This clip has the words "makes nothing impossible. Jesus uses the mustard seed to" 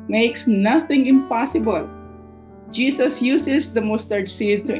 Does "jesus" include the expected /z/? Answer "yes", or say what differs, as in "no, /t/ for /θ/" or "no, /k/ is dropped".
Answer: no, /s/ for /z/